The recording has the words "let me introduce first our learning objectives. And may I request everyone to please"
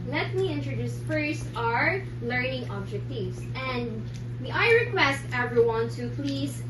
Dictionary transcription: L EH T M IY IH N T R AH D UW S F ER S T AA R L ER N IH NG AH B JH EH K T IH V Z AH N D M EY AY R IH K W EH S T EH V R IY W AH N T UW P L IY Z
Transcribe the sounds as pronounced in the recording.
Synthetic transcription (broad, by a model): L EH T M IY IH N T R AH D UW S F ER S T AA R L ER N IH NG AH B JH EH K T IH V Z AH N D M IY AY R IH K W EH S T EH V R IY W AH N T UW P L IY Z